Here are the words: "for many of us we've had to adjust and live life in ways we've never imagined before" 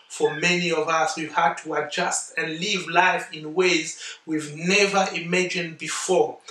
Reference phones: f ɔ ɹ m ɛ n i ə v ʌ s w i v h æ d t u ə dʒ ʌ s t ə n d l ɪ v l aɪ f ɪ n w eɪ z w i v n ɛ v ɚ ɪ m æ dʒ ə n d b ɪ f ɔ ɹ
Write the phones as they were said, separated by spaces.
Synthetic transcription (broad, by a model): f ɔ ɹ m ɛ n i ə v ʌ s w i v h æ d t u ə dʒ ʌ s t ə n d l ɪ v l aɪ f ɪ n w eɪ z w i v n ɛ v ɚ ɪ m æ dʒ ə n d b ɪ f ɔ ɹ